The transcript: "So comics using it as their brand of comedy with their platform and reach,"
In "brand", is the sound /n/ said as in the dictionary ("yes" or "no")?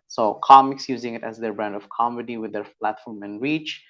yes